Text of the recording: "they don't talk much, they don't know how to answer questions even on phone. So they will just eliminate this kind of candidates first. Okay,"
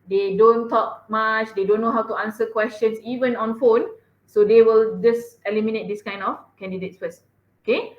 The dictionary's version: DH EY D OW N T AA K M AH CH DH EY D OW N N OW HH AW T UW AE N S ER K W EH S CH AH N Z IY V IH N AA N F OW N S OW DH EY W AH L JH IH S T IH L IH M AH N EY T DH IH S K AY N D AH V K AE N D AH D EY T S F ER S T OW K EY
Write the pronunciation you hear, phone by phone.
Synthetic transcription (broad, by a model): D EY D OW N T AA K M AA CH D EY D OW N N OW HH AW T UW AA N S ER K W EH S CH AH N S IY V IH N AA N F OW N S OW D EY W AH L JH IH S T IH L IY M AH N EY T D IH S K AY N D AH F K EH N D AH D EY T S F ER S OW K EY